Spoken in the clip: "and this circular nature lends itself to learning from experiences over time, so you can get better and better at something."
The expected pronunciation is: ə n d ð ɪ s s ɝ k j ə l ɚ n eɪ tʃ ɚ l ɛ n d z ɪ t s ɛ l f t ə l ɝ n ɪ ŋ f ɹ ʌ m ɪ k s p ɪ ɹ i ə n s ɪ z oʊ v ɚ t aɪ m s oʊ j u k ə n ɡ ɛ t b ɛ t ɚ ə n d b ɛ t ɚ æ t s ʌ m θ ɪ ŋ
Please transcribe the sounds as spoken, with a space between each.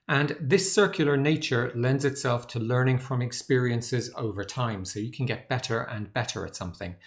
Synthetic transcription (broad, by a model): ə n ð ɪ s s ɝ k j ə l ɚ n eɪ tʃ ɚ l ɛ n d z ɪ t s ɛ l f t ə l ɝ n ɪ ŋ f ɹ ʌ m ɪ k s p ɪ ɹ i ə n s ɪ z oʊ v ɚ t aɪ m s oʊ j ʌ k ə n ɡ ɛ t b ɛ t ɚ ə n b ɛ t ɚ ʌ t s ʌ m θ ɪ ŋ